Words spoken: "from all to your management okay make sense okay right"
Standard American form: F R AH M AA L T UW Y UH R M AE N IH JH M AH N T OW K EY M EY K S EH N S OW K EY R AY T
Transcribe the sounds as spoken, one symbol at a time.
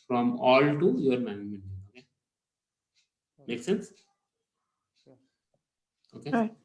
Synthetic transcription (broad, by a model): F R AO M AA L T UW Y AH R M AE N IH M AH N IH OW K EY M EY K S EH N S OW K EY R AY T